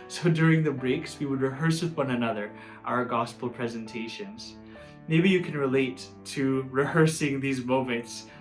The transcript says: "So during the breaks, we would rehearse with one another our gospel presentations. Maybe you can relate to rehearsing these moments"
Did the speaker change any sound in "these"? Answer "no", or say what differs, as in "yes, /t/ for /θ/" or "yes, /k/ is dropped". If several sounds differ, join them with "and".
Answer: no